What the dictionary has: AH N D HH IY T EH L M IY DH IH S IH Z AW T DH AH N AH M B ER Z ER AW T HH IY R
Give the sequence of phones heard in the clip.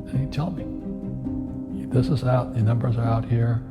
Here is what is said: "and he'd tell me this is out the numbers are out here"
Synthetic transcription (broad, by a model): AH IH T EH L M IY DH IH S IH Z AW T DH AH N AH M B ER Z ER AW T HH IY R